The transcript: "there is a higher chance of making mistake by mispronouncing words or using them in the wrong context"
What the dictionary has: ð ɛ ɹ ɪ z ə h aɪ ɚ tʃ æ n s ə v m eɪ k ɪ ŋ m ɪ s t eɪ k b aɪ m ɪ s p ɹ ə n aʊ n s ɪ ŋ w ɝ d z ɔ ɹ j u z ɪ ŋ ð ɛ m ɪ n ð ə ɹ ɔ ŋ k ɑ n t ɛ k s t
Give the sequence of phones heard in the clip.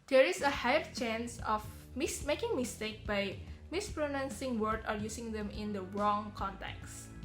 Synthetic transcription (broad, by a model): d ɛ ɹ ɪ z ə h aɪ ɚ tʃ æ n s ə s m eɪ k ɪ ŋ m ɪ s t eɪ k b aɪ m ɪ s p ɹ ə n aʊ n s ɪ ŋ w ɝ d ɔ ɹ j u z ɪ ŋ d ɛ m ɪ n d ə ɹ ɔ ŋ k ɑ n t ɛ k s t